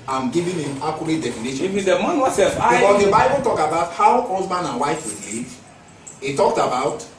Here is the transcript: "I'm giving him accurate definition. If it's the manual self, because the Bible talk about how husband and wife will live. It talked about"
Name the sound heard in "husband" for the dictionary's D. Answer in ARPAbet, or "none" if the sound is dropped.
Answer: none